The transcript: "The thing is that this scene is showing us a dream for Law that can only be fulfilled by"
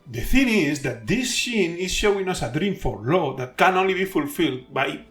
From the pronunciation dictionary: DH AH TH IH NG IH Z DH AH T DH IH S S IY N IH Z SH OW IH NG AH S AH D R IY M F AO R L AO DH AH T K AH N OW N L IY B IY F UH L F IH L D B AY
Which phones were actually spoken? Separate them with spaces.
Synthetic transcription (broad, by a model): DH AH TH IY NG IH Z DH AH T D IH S SH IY N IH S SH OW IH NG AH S AH D R IY M F AO R L AO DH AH T K AH N OW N L IY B IY F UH L F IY L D B AY